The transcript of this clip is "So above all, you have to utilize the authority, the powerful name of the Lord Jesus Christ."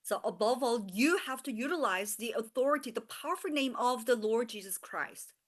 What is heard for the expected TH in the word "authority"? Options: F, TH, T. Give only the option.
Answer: TH